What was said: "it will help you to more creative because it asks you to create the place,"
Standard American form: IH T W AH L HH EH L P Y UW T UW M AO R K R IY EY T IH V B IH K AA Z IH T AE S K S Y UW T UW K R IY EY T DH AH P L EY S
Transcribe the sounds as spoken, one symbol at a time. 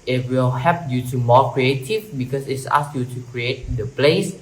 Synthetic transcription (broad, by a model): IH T W AH L HH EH P Y UW T UW M AO K R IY EY T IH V B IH K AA S IH T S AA S Y UW T UW K R IY EY T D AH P L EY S